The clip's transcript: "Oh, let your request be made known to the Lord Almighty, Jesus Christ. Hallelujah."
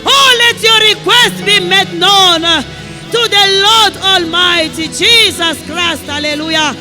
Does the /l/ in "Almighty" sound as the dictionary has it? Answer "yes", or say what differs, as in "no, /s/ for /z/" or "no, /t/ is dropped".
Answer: yes